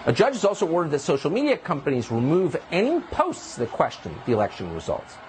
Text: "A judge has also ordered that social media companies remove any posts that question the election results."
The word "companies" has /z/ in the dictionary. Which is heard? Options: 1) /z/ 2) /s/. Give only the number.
1